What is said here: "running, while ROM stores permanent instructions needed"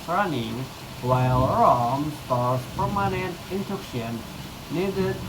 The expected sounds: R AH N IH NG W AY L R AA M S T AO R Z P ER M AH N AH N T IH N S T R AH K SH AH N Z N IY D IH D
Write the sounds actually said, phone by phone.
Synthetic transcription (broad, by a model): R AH N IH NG W AY L R AA M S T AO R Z P ER M AH N AH N T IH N T AH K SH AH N N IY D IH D